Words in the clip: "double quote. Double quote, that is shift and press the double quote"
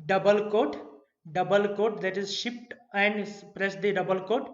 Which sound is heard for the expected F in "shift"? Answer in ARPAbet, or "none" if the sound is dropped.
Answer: P